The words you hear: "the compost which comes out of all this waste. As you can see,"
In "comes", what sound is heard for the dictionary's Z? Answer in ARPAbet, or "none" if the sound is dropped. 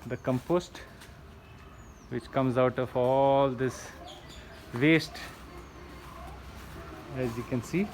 Z